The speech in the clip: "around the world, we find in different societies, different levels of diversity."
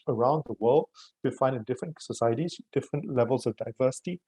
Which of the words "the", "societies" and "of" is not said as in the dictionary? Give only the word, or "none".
none